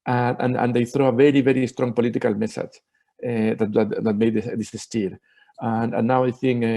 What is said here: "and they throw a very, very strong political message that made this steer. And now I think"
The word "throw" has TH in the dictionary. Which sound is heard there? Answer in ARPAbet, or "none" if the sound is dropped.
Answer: TH